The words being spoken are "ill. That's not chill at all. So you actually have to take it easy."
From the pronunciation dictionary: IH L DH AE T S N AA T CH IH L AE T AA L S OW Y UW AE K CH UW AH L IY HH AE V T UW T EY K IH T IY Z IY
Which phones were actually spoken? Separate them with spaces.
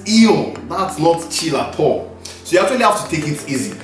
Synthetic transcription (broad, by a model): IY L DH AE T S N AA T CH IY L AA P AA S OW Y UW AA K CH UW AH L IY HH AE F T UW T EY K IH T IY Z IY